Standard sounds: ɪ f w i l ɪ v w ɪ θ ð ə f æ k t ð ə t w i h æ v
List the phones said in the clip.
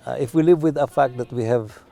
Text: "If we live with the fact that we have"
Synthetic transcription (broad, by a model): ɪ f w i l ɪ v w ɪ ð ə f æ k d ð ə t w i h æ v